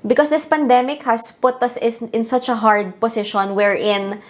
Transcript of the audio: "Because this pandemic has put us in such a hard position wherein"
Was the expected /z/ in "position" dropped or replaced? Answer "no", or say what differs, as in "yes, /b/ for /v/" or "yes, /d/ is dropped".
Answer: yes, /s/ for /z/